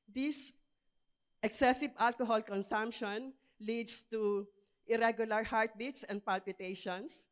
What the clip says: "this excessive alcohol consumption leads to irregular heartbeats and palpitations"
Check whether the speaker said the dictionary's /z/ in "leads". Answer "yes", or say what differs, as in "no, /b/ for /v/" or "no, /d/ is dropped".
no, /s/ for /z/